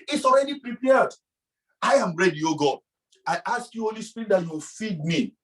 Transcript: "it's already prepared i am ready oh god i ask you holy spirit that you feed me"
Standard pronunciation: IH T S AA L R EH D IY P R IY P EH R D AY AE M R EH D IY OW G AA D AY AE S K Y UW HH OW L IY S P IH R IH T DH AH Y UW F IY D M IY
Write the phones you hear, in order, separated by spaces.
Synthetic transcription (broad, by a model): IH T S AA L R EH D IY P R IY P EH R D AY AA M R EH D IY OW G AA AY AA S K Y UW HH OW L IY S P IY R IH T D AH Y UW F IY D M IY